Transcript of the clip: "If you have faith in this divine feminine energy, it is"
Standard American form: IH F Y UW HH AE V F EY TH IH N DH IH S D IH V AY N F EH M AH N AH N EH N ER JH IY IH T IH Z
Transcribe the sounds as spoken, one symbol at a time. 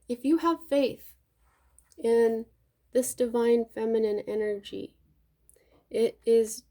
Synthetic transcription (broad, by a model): IH F Y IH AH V F EY TH IH N DH IH S D IH V AY N F EH M AH N AH N EH N ER JH IY IH T IH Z